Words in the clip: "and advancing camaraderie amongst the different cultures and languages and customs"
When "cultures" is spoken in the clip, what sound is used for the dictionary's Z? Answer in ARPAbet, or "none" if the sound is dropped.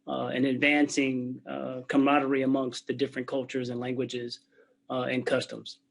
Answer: Z